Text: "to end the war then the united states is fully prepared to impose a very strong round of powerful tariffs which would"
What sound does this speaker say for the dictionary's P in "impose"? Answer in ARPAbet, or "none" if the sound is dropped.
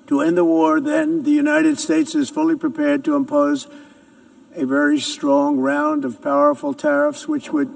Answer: P